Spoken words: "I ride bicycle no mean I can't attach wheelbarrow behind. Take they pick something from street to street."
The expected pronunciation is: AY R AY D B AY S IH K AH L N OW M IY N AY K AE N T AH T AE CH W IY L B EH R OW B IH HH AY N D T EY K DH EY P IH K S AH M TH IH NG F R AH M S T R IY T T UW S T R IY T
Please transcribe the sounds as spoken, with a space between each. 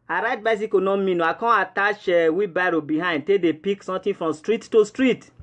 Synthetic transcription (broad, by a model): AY R AY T B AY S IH K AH N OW M IY N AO K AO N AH T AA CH W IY B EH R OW B IH HH AY N D T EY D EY P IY K S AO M T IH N F R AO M S T R IY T T UW S T R IY T